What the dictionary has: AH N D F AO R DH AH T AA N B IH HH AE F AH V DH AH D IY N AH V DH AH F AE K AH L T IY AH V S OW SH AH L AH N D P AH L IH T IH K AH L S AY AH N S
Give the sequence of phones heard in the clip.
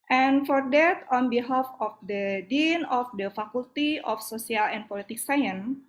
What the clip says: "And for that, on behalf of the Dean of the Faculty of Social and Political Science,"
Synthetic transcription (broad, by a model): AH N F AO R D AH T AA N B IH HH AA F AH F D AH D IY N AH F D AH F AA K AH L T IY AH F S OW S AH L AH N P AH L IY T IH K S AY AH N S